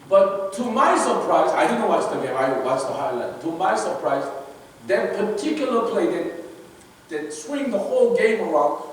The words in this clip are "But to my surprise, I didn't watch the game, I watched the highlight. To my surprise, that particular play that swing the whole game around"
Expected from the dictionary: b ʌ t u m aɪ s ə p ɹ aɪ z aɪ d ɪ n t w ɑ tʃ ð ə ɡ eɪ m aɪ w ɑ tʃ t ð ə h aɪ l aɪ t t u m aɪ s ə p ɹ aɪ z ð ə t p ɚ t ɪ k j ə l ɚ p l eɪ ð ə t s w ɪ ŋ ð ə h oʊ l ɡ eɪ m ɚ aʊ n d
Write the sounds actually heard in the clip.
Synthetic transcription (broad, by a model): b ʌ t u m aɪ s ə p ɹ aɪ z aɪ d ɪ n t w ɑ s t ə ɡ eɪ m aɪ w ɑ s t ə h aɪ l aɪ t t u m aɪ s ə p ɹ aɪ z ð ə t p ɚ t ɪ k j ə l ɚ p l eɪ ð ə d s w ɪ ŋ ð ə h oʊ l ɡ eɪ m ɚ aʊ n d